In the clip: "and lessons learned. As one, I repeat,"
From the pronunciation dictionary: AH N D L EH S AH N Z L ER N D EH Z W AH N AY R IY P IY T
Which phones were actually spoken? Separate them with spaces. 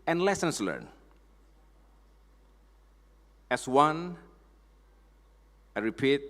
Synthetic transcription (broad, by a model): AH N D L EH S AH N S L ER N EH S W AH N AY R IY P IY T